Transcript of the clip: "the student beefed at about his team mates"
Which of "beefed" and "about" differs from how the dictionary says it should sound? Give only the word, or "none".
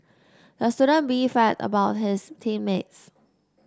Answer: beefed